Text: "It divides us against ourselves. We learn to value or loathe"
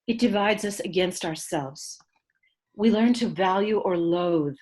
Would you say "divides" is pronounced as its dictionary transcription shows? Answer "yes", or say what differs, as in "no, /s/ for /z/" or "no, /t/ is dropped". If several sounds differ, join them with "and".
yes